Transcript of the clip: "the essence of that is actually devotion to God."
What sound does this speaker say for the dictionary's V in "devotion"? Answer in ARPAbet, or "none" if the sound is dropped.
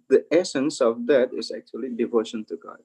V